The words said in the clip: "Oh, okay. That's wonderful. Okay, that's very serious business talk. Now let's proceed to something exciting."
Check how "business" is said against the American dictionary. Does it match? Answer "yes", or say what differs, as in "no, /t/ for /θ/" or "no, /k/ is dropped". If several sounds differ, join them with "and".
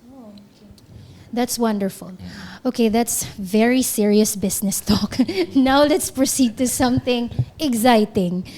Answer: no, /s/ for /z/